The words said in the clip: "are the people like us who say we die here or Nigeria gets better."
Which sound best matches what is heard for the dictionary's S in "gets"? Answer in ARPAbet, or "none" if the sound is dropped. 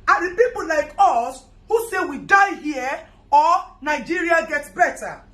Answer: none